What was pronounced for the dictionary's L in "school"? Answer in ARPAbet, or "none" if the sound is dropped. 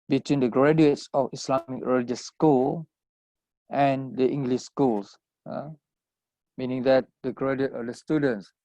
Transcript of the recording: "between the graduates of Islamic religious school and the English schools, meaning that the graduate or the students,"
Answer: L